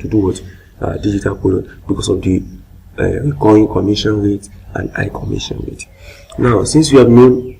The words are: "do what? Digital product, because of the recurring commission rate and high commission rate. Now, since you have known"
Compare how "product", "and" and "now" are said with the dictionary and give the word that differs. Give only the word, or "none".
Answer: product